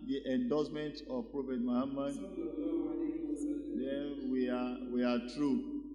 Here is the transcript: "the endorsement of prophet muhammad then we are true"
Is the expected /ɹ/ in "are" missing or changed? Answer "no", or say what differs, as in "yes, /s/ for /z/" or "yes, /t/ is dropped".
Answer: yes, /w/ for /ɹ/